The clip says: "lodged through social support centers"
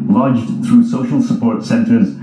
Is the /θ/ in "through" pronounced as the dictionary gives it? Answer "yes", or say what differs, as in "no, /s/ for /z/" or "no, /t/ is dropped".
yes